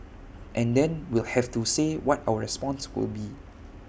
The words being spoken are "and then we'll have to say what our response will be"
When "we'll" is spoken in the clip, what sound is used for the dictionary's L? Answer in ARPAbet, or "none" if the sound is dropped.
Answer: L